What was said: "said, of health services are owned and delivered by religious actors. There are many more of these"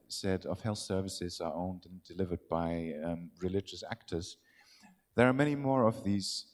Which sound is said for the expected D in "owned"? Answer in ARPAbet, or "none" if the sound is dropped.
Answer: D